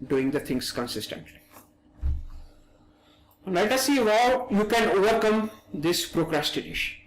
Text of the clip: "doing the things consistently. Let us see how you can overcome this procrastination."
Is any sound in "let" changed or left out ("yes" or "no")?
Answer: yes